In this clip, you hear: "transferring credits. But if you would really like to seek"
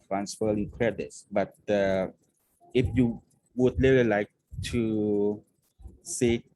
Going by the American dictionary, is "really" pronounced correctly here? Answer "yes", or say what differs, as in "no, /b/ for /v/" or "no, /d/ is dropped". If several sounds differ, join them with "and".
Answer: no, /l/ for /ɹ/